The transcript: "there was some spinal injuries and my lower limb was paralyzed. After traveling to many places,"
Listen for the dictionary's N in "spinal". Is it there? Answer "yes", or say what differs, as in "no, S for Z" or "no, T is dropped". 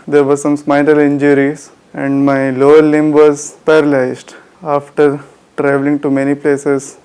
no, L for N